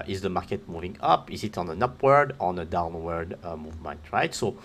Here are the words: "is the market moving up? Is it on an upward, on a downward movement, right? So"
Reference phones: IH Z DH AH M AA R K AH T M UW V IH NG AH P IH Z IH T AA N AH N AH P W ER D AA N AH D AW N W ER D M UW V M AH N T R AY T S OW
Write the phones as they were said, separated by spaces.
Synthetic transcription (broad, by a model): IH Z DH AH M AA R K AH T M UW V IH NG AH P IH Z IH T AA N AH N AH P W ER D AA N AH D AW N W ER D M UW V M AH N T R AY T S OW